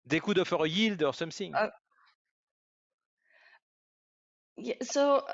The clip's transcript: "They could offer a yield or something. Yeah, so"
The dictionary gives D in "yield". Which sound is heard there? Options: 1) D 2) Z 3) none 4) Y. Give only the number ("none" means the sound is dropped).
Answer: 1